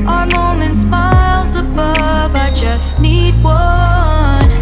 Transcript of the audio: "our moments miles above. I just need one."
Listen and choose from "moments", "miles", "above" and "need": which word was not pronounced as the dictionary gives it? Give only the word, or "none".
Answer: none